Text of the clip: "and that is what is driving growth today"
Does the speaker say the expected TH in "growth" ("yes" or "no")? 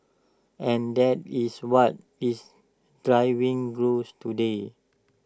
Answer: no